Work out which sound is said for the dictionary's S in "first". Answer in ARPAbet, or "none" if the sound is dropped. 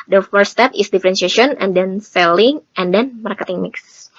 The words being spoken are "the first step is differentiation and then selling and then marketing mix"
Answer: none